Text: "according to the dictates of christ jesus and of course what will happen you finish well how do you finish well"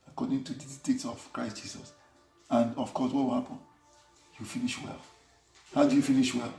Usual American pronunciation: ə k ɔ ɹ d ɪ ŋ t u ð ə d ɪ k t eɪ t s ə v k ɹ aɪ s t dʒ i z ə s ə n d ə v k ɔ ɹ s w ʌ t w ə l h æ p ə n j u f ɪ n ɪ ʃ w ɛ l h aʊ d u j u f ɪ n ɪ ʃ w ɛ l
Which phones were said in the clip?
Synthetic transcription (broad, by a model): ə k ɔ d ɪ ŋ t u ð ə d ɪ t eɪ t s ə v k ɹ aɪ s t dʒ i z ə s ə n d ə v k ɔ s w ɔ t w ə l h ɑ p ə n j u f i n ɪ ʃ w ɛ l h aʊ d u j u f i n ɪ ʃ w ɛ l